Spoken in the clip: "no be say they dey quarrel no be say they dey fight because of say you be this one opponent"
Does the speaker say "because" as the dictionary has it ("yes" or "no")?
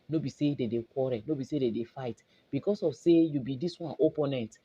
no